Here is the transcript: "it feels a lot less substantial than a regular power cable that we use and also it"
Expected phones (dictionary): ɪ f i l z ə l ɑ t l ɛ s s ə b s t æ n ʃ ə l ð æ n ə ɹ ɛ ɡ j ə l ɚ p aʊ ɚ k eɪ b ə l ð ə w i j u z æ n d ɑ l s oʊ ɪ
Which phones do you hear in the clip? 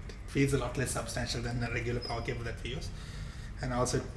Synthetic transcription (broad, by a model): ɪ f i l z ə l ɑ t l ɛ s s ə b s t æ n ʃ ə l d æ n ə ɹ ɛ ɡ j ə l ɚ p aʊ ɚ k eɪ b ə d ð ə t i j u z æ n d ɑ l s oʊ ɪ